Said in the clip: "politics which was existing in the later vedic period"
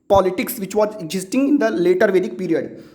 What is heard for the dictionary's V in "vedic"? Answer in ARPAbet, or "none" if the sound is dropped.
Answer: V